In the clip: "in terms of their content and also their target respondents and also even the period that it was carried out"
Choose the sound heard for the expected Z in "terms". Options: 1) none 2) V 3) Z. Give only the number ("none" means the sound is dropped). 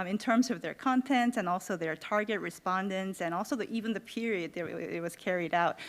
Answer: 3